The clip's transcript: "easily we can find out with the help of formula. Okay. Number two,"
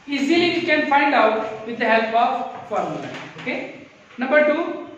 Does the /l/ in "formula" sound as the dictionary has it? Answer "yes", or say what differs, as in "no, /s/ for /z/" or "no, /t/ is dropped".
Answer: no, /n/ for /l/